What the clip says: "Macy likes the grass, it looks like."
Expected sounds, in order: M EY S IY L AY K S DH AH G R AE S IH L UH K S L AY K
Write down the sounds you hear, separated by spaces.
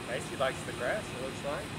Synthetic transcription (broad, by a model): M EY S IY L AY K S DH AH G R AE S IH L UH S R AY